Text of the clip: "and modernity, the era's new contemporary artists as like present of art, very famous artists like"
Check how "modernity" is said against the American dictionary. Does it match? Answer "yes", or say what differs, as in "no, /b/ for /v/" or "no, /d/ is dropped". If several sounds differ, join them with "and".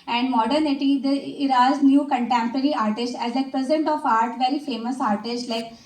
yes